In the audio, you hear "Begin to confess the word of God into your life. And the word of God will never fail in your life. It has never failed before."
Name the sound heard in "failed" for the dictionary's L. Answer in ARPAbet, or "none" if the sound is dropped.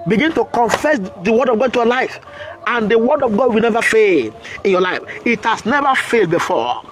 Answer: L